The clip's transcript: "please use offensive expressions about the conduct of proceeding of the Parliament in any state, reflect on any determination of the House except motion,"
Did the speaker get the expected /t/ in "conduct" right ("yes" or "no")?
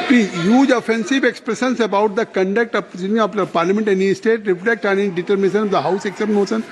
yes